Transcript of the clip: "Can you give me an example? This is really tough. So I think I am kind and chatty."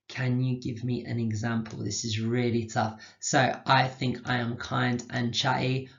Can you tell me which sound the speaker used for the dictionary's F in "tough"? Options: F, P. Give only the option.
F